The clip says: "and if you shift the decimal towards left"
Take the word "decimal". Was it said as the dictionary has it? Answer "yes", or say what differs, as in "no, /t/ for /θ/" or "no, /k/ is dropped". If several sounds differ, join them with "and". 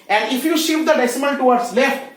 no, /n/ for /l/